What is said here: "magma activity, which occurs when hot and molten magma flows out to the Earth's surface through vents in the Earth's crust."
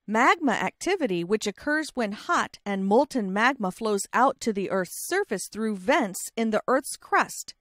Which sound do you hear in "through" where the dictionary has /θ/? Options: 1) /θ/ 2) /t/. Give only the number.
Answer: 1